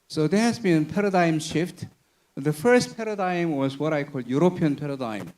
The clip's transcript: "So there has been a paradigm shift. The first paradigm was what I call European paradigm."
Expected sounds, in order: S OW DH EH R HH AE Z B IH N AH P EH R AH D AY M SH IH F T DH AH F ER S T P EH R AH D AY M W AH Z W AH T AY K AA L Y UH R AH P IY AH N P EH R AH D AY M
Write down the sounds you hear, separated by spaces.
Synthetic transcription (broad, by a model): S OW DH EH HH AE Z B IH N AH P EH R AH D AY M SH IH F T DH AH F ER S T P EH R AH D AY M W AH Z W AH T AY K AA L Y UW R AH P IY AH N P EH R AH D AY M